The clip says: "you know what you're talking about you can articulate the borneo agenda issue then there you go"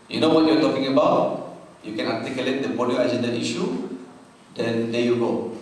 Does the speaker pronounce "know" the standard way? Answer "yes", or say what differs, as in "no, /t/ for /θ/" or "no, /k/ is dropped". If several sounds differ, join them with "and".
yes